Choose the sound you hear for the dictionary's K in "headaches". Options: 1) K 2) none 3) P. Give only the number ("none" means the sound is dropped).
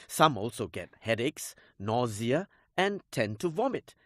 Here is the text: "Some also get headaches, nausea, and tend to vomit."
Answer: 1